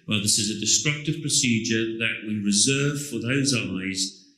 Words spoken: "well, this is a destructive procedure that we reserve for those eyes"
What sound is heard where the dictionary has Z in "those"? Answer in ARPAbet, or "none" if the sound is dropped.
Z